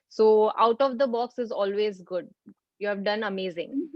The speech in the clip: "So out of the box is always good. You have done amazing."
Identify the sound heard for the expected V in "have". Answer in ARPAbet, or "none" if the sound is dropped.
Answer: V